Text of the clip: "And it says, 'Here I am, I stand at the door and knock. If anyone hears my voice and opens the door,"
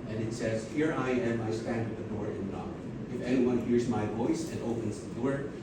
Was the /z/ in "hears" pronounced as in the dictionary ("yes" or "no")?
yes